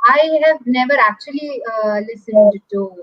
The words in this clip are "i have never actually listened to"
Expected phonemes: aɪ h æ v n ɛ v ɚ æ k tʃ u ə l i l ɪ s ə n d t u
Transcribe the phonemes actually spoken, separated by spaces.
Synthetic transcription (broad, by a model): aɪ h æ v n ɛ v ɚ æ k tʃ u ə l i l ɪ s ə n d t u